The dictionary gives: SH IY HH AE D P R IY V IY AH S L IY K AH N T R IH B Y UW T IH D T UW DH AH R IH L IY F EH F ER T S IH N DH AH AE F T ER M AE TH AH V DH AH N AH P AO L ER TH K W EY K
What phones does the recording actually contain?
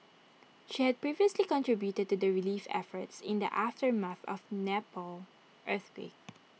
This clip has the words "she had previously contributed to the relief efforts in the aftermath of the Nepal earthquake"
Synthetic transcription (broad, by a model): SH IY HH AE D P R IY V IY AH S L IY K AH N T R IH B Y UW T IH D T UW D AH R IH L IY F EH F ER T S IH N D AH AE F T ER M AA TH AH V N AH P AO L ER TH W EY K